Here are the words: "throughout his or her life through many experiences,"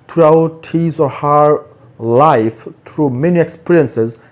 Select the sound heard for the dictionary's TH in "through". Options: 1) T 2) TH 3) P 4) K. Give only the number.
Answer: 1